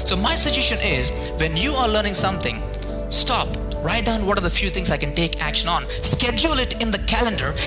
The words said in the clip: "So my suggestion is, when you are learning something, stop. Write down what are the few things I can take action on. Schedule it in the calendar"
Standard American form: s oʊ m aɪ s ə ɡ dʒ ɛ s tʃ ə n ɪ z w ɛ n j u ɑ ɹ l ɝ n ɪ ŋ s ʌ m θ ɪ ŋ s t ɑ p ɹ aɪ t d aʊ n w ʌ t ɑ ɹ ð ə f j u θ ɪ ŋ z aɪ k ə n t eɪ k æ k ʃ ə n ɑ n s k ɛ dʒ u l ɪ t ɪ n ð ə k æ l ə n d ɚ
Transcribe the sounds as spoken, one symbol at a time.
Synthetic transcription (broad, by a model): s oʊ m aɪ s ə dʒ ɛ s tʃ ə n ɪ z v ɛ n j u ɑ ɹ l ɝ n ɪ ŋ s ʌ m t ɪ ŋ s t ɑ p ɹ aɪ t d aʊ n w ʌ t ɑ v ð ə f j u t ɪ ŋ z aɪ k ə n t eɪ k æ k ʃ ə n ɑ n s k ɛ dʒ u l ɪ t ɪ n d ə k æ l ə n d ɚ